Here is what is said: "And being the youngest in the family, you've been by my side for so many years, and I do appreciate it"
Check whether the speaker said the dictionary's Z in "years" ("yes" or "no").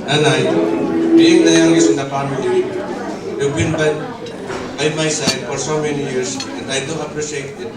no